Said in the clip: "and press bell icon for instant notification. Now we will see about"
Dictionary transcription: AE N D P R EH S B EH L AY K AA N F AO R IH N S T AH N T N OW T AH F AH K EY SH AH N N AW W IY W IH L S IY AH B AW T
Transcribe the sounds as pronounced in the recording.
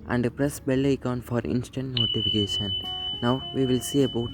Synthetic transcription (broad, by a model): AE N D P R EH S B EH L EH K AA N F AO R IH N S T AH N T N OW T AH F AH K EY SH AH N N AW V IY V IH L S IY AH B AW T